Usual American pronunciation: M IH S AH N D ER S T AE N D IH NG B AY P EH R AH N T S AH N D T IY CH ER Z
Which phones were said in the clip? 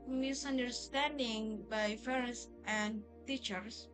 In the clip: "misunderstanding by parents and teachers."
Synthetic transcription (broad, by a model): M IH S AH N D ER S T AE N D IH NG B AY F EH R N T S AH N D T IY CH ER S